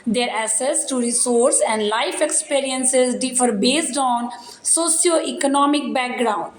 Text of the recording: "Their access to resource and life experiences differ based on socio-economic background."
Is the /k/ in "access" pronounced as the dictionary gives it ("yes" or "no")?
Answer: no